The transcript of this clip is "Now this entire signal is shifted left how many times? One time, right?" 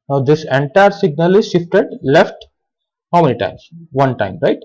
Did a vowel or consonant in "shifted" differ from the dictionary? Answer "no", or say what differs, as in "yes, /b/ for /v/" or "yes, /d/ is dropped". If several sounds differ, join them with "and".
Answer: no